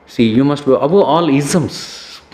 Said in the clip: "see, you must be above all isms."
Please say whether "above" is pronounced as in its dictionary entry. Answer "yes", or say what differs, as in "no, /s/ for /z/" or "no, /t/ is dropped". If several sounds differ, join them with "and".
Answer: no, /v/ is dropped